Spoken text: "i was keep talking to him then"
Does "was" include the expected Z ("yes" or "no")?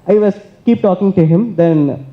no